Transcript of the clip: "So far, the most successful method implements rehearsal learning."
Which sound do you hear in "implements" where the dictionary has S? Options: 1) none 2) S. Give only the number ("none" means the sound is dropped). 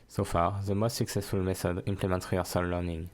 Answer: 1